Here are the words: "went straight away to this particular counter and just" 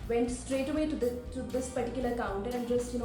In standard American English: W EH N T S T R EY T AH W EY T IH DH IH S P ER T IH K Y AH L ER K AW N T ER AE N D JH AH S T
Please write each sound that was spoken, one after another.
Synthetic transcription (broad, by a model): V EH N T S T R EY T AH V EY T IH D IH S P ER T IH K Y AH L ER K AW N T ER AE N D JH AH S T